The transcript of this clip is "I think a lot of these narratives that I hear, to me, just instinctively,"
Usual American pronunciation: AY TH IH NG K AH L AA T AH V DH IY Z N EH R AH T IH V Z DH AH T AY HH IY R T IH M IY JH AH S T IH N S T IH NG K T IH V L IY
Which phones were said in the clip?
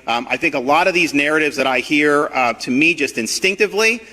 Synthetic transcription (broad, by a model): AY TH IH NG K AH L AA T AH V DH IY Z N EH R AH T IH V Z DH AH T AY HH IY R T IH M IY JH AH S T IH N S T IH NG K T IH V L IY